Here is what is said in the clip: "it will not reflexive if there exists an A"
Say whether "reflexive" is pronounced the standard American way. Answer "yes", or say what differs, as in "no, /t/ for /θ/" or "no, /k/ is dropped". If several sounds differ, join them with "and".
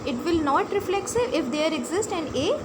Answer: no, /v/ is dropped